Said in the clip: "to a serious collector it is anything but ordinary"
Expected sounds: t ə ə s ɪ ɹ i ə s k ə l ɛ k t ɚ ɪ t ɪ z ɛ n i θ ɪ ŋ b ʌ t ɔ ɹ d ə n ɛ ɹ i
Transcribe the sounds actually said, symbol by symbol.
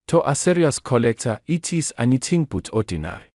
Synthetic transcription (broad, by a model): t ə ə s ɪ ɹ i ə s k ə l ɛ k t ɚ ɪ t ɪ s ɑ n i t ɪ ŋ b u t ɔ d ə n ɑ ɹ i